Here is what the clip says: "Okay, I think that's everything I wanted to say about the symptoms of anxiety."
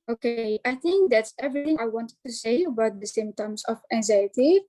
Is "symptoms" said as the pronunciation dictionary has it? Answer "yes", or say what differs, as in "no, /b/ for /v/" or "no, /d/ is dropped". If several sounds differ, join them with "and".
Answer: no, /p/ is dropped